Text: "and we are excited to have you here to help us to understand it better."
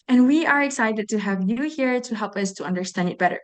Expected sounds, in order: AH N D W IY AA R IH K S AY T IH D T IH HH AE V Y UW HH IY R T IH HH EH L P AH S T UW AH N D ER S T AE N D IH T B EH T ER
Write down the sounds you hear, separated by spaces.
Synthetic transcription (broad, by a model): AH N W IY AA R IH K S AY T IH D T IH HH AE V Y UW HH IY R T IH HH EH L P AH S T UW AH N D ER S T AE N D IH T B EH T ER